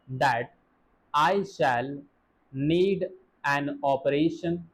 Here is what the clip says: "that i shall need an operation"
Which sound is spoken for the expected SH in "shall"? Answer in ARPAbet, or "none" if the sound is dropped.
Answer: SH